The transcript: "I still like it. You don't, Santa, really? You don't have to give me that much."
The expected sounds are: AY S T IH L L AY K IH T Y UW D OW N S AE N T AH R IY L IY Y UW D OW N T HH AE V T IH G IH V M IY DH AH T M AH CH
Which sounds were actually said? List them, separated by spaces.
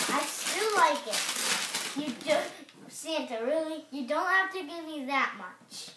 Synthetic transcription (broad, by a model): AY S T IH L L AY K IH T Y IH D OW S AE N T AH R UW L IY Y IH D OW N T HH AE F T IH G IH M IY DH AH T M AH CH